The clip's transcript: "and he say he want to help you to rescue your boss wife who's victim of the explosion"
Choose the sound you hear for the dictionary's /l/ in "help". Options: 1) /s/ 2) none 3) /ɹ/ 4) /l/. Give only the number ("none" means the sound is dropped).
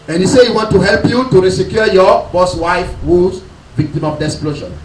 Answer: 4